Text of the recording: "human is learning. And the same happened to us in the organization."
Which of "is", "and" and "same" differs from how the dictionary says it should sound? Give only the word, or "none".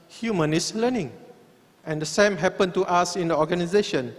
is